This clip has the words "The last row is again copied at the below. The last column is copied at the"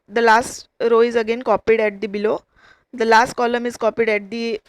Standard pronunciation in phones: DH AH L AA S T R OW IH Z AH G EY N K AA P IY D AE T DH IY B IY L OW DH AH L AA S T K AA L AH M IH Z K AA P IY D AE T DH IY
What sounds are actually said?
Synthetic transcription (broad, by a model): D AH L AA S T R OW IH Z AH G EY N K AA P IY D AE T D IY B IY L OW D AH L AA S T K AA L AH M IH Z K AA P IY D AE T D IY